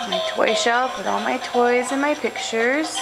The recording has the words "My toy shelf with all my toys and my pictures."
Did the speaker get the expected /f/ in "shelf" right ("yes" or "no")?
no